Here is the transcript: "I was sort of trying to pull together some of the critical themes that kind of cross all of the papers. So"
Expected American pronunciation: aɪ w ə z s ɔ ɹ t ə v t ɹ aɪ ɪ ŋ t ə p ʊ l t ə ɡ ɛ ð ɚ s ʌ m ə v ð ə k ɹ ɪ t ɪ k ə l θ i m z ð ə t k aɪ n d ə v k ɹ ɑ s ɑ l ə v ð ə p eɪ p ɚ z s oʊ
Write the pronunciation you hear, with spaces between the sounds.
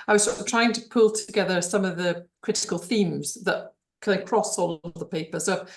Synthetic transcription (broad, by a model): aɪ w ə z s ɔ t t ɹ aɪ ɪ ŋ t ə p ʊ l t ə ɡ ɛ ð ɚ s ʌ m ə v ð ə k ɹ ɪ t ɪ k ə l θ i m z ð ə t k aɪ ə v k ɹ ɑ s ɑ l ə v ð ə p eɪ p ɚ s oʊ